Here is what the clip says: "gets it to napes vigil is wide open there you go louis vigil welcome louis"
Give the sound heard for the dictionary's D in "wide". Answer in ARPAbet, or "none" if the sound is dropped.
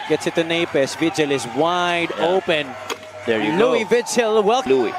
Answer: D